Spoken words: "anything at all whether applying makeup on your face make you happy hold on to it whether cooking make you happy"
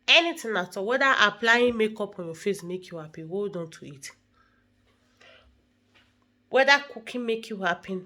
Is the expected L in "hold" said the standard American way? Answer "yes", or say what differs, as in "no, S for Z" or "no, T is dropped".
no, L is dropped